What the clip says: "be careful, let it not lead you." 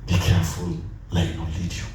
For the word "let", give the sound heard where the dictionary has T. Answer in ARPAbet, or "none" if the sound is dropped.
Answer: none